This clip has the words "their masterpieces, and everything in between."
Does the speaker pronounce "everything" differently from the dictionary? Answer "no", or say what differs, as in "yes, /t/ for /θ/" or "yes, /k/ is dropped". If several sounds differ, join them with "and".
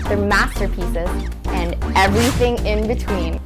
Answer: no